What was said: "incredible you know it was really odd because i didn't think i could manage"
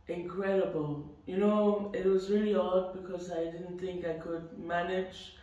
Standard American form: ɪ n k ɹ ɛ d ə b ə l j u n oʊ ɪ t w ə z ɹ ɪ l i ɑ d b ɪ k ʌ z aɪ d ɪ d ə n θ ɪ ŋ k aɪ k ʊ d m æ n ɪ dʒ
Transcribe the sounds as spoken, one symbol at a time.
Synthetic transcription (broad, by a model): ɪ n k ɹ ɛ d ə b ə l j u n oʊ ɪ t w ə z ɹ ɪ l i ɑ d b ɪ k ʌ z aɪ d ɪ d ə n θ ɪ ŋ k aɪ k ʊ d m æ n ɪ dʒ